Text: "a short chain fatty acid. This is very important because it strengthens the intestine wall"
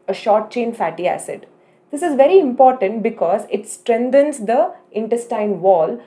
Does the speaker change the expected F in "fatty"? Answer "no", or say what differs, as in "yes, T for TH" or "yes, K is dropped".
no